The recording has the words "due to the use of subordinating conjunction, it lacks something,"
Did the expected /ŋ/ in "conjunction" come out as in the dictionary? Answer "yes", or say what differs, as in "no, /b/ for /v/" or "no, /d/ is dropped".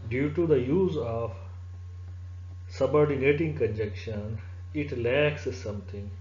no, /ŋ/ is dropped